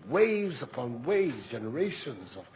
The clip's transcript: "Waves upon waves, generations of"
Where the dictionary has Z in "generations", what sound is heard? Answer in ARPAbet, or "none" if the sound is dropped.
Z